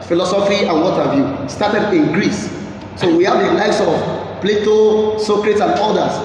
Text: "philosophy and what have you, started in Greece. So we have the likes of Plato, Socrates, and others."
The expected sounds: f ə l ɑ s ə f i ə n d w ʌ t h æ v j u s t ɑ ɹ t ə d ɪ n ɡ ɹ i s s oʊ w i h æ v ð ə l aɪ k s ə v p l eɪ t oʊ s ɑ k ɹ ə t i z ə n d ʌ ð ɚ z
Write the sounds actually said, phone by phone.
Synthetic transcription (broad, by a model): f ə l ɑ s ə f i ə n w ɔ t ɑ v j u s t ɑ t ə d ɪ n ɡ ɹ i s s oʊ w i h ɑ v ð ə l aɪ s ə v p l eɪ t oʊ s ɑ k ɹ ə t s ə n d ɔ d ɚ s